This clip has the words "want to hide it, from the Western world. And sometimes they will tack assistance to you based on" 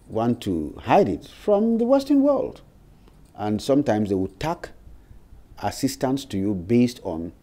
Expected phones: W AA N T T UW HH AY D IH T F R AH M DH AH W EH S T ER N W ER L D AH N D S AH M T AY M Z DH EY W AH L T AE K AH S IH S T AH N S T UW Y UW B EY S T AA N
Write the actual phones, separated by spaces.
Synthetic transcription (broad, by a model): W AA N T T UW HH AY D IH T F R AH M DH AH W EH S T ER N W ER L D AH N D S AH M T AY M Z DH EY W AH T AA K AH S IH S T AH N S T UW Y UW B EY S T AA N